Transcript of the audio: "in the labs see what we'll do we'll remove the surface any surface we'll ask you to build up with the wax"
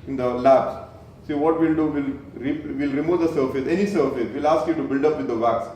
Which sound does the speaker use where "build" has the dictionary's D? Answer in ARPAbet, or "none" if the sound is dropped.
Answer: D